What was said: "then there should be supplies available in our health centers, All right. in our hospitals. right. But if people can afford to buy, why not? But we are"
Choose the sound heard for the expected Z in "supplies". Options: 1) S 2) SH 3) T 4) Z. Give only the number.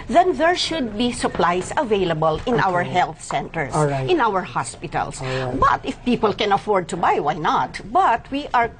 1